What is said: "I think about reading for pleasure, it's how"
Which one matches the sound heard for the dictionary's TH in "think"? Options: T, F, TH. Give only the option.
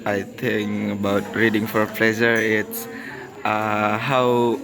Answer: T